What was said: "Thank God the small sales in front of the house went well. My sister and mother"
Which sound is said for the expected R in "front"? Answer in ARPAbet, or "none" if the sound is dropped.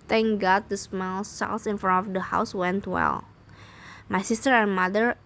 none